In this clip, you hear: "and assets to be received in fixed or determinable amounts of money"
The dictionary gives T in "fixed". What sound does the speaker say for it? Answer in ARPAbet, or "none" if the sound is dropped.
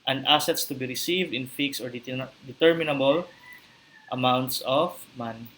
none